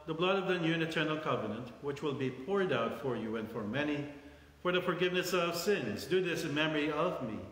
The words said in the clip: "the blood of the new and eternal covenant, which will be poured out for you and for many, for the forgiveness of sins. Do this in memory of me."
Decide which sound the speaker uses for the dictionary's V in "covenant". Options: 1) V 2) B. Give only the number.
1